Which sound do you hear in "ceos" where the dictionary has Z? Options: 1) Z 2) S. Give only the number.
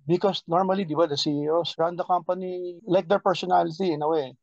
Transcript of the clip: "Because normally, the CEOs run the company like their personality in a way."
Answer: 2